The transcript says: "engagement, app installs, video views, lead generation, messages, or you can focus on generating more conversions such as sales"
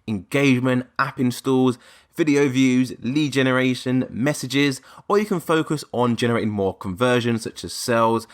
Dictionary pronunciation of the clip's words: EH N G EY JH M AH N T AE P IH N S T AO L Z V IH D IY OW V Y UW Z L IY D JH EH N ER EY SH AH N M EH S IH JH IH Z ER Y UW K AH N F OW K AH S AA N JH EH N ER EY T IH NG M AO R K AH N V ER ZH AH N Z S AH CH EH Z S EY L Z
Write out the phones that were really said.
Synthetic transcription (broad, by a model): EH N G EY JH M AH N T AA P IH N S T AO Z V IH D IY OW V Y UW Z L IY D JH EH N ER EY SH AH N M EH S IH JH IH Z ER Y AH K AH N F OW K AH S N JH EH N ER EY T IH NG M AO K AH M V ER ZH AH N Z S AH CH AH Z S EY L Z